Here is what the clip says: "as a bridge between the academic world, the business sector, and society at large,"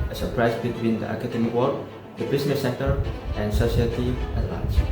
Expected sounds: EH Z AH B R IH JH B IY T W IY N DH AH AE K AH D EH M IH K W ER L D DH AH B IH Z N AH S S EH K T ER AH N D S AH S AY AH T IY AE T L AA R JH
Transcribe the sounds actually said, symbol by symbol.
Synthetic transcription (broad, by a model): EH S AH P R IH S B IY T W IY N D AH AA K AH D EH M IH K W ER D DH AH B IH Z N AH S S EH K T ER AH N S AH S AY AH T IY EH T L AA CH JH